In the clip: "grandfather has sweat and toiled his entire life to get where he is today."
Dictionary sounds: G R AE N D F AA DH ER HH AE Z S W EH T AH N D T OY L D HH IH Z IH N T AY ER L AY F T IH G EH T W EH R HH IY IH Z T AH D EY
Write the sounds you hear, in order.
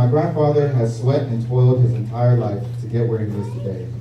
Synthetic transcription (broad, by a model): G R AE N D F AA DH ER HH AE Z S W EH T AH N T OY L D HH IH Z IH N T AY ER L AY F T IH G EH T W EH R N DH IH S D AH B EY